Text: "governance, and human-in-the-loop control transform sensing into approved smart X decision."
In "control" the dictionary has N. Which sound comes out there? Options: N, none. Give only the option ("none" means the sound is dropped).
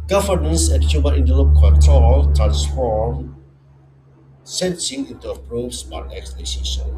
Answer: none